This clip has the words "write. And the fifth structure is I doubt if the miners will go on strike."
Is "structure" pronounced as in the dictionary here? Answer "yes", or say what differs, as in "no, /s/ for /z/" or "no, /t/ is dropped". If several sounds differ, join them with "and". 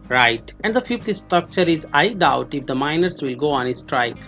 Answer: yes